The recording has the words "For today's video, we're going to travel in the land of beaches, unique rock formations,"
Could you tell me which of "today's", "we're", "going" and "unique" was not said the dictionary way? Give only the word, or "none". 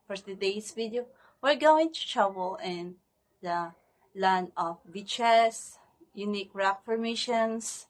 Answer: today's